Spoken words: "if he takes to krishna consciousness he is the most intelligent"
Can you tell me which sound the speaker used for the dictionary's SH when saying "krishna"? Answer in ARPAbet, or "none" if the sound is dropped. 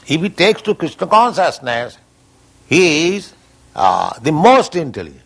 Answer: S